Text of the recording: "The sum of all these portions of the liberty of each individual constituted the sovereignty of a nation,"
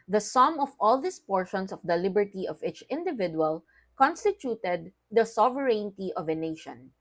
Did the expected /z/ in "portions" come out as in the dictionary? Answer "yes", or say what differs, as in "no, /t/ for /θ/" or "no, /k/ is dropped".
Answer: no, /s/ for /z/